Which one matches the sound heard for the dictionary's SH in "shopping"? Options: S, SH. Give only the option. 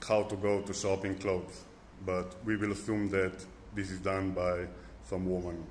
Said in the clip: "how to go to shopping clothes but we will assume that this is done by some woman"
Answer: S